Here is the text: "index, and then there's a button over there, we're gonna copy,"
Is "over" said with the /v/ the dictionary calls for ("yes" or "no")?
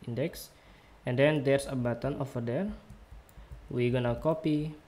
no